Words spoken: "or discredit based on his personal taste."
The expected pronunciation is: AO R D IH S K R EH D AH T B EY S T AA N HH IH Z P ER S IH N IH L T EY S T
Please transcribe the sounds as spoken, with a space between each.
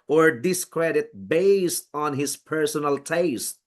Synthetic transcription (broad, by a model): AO R D IH S K R EH D AH T B EY S T AA N HH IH S P ER S IH N IH L T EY S T